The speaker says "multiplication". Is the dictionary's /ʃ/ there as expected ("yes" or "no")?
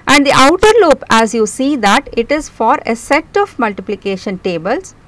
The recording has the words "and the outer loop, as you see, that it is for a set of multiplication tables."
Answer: yes